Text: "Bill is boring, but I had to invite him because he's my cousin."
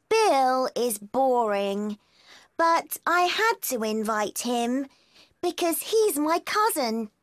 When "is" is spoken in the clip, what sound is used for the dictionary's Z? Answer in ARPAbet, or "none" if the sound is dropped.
Z